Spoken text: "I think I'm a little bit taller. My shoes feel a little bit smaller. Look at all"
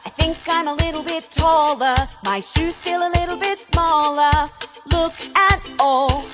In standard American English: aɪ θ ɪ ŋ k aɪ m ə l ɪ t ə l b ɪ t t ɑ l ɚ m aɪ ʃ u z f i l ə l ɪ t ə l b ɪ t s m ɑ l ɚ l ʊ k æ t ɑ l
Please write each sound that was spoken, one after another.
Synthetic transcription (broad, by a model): aɪ θ ɪ ŋ k aɪ m ə l ɪ t l b ɪ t t ɑ l ɚ m aɪ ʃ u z f i l ə l ɪ t l b ɪ t s m ɑ l ɚ l ʊ k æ t ɑ l